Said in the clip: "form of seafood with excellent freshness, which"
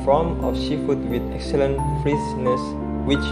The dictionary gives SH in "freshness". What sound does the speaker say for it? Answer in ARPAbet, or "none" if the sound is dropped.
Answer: S